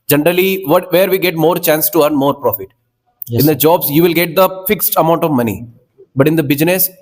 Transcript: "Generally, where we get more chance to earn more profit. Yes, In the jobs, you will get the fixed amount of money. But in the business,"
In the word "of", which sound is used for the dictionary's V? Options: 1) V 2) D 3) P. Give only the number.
1